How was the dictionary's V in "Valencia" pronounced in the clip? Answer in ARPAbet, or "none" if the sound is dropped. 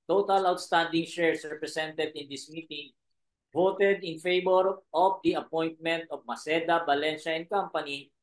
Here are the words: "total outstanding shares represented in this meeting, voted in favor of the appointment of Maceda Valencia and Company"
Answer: B